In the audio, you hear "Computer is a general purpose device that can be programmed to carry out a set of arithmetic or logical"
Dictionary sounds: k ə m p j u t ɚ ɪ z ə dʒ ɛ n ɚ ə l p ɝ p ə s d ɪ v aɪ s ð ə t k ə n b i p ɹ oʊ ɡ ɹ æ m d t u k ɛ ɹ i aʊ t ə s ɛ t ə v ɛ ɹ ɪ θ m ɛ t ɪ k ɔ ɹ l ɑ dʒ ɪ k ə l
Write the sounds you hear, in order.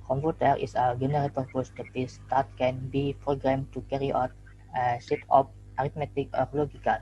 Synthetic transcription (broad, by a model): k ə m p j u t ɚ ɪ s ə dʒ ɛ n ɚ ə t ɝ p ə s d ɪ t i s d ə t k ə n b i p ɹ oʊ ɡ ɹ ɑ m t u k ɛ ɹ i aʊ t ə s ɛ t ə p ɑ ɹ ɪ t m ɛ t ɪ k ɔ ɹ l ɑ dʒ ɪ k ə l